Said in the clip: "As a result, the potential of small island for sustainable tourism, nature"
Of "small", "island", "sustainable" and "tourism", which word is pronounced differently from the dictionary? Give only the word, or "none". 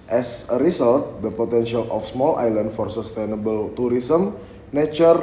tourism